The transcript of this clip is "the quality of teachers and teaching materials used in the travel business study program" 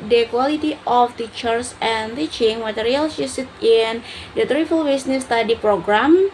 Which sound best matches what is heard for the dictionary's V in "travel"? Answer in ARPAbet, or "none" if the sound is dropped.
F